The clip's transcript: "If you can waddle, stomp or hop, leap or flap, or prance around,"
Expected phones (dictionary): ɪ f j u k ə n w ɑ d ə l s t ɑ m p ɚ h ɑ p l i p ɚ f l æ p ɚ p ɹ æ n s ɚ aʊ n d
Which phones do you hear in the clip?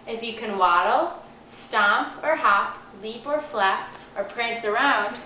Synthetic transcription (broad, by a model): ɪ f j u k ə n w ɑ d l s t ɑ m p ɚ h ɑ p l i p ɚ f l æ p ɚ p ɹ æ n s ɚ aʊ n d